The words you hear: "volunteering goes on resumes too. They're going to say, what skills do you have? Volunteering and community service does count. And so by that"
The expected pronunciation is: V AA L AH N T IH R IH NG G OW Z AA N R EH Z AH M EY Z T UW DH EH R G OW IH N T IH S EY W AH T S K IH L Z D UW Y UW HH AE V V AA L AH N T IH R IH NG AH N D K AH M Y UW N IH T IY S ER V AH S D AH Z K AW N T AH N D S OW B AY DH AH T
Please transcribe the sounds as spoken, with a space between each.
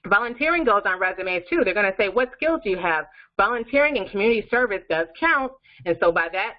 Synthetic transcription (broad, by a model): V AA L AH N T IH R IH NG G OW Z N R EH Z AH M EY Z T UW DH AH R G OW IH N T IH S EY W AH T S K IH L Z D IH Y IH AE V V AA L AH N T IH R IH NG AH N K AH M Y UW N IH T IY S ER V AH S D AH Z K AW N T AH N S OW B AY DH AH T